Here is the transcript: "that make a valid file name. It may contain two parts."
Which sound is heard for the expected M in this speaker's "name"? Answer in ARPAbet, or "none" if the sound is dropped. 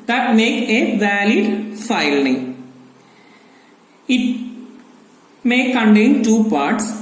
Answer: none